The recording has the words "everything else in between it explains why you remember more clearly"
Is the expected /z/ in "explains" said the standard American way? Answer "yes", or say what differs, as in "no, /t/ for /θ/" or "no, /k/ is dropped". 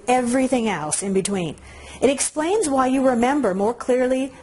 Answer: yes